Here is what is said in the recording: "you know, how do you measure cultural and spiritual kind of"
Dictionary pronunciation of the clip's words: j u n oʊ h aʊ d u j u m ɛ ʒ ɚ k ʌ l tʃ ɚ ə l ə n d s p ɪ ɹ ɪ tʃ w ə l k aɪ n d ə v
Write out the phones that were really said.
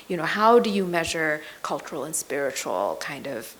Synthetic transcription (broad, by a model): j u n oʊ h aʊ d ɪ j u m ɛ ʒ ɚ k ʌ l tʃ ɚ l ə n s p ɪ ɹ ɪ tʃ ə l k aɪ n d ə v